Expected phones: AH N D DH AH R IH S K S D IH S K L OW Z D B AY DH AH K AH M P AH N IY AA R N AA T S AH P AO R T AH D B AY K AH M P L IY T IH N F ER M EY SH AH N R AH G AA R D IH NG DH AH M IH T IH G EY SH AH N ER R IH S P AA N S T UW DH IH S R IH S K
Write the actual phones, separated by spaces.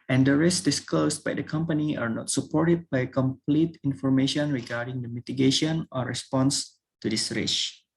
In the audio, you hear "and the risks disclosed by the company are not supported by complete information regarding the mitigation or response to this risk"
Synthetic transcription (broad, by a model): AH N D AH R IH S S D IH S K L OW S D B AY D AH K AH M P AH N IY AA R N AA T S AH P AO R T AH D B AY K AH M P L IY T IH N F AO M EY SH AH N R AH G AA R D IH NG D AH M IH T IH G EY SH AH N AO R IH S P AA N S T UW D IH S R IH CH